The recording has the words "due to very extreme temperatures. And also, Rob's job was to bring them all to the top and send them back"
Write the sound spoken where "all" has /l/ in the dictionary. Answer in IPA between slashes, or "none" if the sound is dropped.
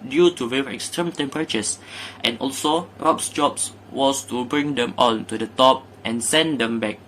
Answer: /n/